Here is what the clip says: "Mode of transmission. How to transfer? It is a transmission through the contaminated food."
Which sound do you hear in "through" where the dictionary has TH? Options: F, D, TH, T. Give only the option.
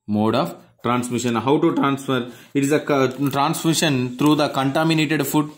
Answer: T